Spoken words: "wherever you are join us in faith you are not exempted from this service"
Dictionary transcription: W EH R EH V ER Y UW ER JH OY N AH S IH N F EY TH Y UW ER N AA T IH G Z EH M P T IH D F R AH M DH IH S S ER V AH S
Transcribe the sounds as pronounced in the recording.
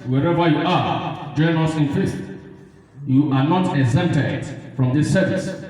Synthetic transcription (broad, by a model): W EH R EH V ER Y UW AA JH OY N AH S IH N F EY T Y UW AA N AA T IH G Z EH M T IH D F R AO M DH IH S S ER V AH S